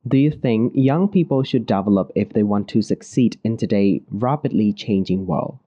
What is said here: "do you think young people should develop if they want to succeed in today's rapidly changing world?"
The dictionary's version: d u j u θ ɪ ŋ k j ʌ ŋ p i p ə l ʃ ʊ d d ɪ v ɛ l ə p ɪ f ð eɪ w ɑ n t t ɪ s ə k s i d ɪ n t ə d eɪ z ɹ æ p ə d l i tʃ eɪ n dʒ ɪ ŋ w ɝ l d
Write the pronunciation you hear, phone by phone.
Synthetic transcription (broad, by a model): d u j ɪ θ ɪ ŋ k j ʌ ŋ p i p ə l ʃ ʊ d d ɪ v ɛ l ə p ɪ f ð eɪ w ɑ n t t ɪ s ə k s i d ɪ n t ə d eɪ ɹ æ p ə d l i tʃ eɪ n dʒ ɪ ŋ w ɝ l